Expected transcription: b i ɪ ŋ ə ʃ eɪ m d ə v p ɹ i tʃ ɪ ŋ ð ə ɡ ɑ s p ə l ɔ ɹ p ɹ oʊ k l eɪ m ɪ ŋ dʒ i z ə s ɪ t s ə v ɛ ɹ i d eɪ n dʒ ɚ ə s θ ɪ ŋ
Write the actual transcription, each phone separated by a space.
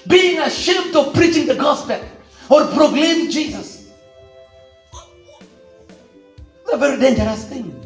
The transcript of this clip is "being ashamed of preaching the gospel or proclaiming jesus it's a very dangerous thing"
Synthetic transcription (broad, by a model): b i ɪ ŋ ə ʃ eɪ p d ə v p ɹ i tʃ ɪ ŋ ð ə ɡ ɑ s p ə l ɔ ɹ p ɹ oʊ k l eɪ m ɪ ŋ dʒ i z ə s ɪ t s ə v ɛ ɹ i d eɪ n dʒ ɚ ə s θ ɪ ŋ